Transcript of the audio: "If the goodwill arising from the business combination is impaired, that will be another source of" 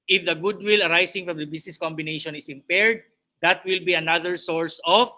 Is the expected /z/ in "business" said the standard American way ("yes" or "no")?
no